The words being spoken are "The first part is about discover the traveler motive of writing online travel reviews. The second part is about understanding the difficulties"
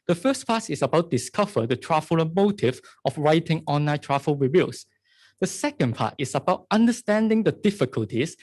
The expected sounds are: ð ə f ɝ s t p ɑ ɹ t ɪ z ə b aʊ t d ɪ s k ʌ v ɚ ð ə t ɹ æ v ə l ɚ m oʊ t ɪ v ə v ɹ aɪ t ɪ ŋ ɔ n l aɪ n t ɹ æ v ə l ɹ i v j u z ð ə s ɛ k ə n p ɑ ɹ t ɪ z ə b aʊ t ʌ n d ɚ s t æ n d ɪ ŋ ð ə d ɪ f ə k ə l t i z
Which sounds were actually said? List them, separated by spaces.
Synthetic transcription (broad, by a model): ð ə f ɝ s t p ɑ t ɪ s ə b aʊ t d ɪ s k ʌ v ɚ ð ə t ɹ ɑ f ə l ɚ m oʊ t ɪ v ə f ɹ aɪ t ɪ ŋ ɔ n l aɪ t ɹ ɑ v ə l ɹ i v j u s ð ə s ɛ k ə n p ɑ t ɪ s ə b aʊ t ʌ n d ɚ s t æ n d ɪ ŋ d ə d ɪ f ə k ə l t i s